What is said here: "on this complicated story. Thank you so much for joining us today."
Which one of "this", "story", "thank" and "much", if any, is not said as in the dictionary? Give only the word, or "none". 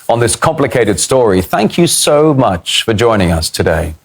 none